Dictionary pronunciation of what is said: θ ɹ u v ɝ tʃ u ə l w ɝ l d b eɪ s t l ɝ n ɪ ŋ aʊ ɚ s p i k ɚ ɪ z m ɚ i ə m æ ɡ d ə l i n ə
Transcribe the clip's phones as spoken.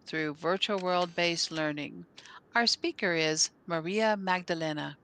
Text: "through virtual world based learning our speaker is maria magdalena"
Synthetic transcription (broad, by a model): θ ɹ u v ɝ tʃ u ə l w ɝ l d b eɪ s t l ɝ n ɪ ŋ aʊ ɚ s p i k ɚ ɪ z m ɚ i ə m æ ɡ d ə l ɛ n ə